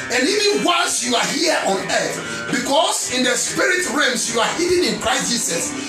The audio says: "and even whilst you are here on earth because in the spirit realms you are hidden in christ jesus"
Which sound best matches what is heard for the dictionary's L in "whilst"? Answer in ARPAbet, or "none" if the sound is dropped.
N